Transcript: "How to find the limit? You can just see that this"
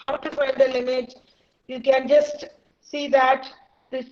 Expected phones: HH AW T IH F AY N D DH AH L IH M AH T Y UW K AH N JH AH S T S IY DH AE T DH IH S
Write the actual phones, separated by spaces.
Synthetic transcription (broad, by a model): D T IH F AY D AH L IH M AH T Y UW K AH N JH AH S T S IY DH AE T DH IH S